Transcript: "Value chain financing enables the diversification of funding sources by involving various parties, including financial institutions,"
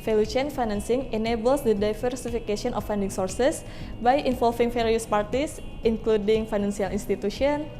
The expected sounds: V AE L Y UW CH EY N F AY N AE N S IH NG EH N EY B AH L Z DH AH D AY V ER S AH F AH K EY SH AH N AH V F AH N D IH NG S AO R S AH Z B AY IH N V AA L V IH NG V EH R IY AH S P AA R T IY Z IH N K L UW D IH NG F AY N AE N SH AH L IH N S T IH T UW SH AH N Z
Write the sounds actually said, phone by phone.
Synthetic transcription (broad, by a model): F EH L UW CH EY N F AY N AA N S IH NG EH N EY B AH L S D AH D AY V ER S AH F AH K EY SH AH N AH F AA N D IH NG S AO R S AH S B AY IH N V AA L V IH NG F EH R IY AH S P AA R T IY S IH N K L UW D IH NG F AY N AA N S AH L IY N S T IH T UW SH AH N